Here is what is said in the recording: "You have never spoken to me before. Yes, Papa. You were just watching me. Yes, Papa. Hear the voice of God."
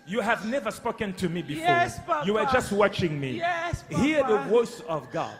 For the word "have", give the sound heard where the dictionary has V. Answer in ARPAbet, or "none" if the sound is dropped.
V